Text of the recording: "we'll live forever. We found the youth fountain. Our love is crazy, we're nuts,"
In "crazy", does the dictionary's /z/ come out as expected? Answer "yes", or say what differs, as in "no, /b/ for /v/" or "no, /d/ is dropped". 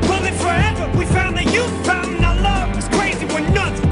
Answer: yes